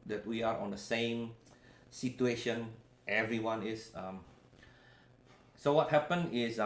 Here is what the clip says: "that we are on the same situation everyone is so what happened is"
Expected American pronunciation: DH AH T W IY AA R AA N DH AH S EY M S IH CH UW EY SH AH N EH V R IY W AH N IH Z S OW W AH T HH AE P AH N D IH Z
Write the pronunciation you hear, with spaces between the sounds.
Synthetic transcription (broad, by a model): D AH T W IY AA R AA N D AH S EY M S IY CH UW EY SH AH N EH V R IY W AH N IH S S OW W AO T HH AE P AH N IH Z